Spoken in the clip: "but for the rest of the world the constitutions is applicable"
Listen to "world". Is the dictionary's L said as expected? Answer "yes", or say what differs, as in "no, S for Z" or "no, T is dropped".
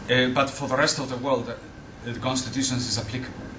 yes